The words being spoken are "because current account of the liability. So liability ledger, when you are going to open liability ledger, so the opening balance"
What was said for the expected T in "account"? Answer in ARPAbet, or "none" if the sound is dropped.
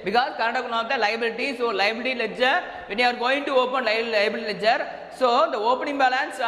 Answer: none